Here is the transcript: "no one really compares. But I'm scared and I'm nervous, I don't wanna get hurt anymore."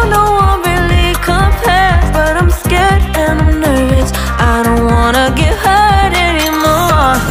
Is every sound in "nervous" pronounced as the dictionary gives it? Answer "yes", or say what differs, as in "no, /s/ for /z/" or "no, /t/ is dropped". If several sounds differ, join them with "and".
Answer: no, /s/ is dropped